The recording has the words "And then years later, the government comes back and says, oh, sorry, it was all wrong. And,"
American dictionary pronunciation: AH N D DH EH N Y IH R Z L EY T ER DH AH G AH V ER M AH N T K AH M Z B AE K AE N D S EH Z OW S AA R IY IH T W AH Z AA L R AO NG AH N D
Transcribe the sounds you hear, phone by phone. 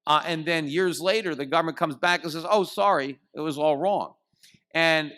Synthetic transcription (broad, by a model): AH N DH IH N Y IH R Z L EY T ER DH AH G AH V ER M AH N K AH M Z B AE K N S EH Z OW S AA R IY IH T W AH Z AA L R AO NG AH N